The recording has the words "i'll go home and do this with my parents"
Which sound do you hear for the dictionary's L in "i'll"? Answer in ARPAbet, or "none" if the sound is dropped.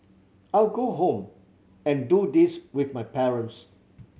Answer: L